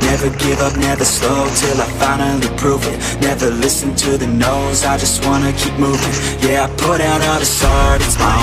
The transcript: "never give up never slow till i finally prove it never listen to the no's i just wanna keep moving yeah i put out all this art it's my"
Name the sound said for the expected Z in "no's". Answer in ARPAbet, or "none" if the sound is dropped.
Z